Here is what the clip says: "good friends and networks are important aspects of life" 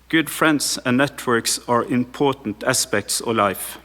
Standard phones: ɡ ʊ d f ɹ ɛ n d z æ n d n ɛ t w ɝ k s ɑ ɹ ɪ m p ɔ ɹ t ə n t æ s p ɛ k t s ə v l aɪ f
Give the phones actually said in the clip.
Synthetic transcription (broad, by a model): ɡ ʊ d f ɹ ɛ n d s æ n n ɛ t w ɝ k s ɑ ɹ ɪ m p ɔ t n t æ s p ɛ k t s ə l aɪ f